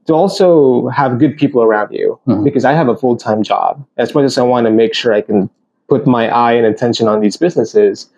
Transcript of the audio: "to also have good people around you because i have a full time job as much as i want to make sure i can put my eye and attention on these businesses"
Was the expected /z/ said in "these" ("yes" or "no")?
yes